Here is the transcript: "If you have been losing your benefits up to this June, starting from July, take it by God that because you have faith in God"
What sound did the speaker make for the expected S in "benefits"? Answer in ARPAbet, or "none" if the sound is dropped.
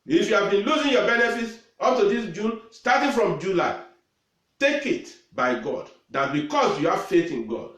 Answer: S